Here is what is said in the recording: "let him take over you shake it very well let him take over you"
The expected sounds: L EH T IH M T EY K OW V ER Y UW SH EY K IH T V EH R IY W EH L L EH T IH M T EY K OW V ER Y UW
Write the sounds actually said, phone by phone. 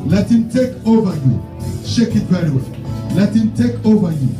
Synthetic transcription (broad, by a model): L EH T IH M T EY K OW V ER Y UW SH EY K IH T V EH L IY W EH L L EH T IH M T EY K OW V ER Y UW